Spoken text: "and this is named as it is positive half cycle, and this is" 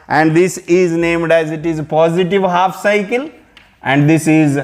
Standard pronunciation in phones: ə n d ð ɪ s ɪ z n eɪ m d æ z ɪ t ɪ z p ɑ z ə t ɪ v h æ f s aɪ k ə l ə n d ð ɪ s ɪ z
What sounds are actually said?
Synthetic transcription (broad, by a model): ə n d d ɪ s ɪ z n eɪ m d æ z ɪ t ɪ z p ɑ z ə t ɪ v h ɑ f s aɪ k ə l ə n d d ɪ s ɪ z